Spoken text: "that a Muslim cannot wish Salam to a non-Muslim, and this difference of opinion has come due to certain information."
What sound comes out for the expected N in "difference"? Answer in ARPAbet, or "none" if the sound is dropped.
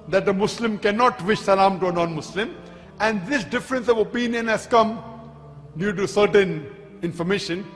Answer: N